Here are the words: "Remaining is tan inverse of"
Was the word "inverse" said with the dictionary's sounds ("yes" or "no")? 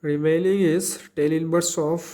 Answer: no